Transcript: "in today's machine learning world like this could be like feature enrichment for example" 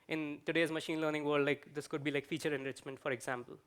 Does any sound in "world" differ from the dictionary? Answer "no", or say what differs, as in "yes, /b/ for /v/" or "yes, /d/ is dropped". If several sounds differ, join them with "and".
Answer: yes, /l/ is dropped